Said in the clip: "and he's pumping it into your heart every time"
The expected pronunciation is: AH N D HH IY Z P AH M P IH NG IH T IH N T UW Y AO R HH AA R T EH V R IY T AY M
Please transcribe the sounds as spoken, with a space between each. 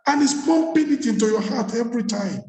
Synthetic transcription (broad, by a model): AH N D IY S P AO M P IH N IH T IH N T UW Y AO HH AA T EH V R IY T AY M